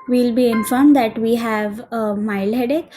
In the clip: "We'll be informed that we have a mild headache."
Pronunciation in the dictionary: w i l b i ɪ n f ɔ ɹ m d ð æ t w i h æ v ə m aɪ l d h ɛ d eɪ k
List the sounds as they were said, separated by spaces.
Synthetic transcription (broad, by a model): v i l b i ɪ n f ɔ ɹ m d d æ t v i h æ v ə m aɪ l d h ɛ d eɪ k